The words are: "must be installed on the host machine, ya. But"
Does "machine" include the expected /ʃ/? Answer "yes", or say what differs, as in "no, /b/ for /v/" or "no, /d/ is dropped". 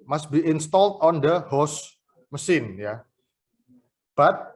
no, /s/ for /ʃ/